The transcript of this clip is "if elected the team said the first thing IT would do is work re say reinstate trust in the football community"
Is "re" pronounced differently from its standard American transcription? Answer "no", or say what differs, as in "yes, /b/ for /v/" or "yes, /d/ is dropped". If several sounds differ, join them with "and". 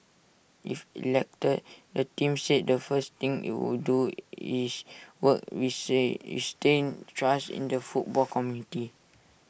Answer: yes, /w/ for /ɹ/